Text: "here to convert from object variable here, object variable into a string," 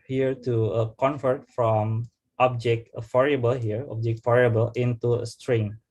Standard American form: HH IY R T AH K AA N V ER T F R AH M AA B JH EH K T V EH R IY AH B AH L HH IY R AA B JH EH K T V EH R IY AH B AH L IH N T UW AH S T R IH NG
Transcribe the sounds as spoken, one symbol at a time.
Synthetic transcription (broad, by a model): HH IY R T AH K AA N F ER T F R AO M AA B JH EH K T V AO R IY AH B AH L HH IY R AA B JH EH K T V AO R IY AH B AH L IH N T UW AH S T R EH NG